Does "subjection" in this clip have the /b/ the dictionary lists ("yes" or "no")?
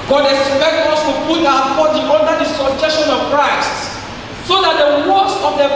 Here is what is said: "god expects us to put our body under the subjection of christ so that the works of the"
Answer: no